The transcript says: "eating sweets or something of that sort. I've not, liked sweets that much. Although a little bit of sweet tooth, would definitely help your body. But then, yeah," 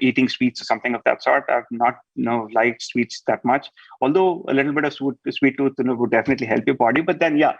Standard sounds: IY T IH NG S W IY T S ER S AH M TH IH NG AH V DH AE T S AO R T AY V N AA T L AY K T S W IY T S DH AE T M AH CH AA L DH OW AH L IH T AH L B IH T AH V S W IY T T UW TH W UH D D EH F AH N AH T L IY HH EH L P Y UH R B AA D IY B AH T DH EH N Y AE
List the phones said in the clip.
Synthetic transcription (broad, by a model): IY T IH NG S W IY T S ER S AH M T IH NG AH V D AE T S AO R T AY V N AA T L AY K T S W IY T S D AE T M AH CH AA L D OW AH L IH T L B IH T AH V S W IY T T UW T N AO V D EH F AH N AH T L IY HH EH L P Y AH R B AA D IY B AH T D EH N Y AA